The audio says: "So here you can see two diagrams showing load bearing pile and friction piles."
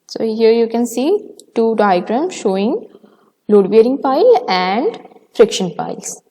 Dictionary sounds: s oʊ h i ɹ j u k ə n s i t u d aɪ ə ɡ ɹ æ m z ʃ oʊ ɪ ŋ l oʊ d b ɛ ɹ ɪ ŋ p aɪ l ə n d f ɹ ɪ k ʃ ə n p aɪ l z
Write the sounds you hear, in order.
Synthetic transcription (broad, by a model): s oʊ h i ɹ j u k ə n s i t u d aɪ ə ɡ ɹ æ m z ʃ oʊ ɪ ŋ l oʊ d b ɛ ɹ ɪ ŋ p aɪ l ə n d f ɹ ɪ k ʃ ə n p aɪ l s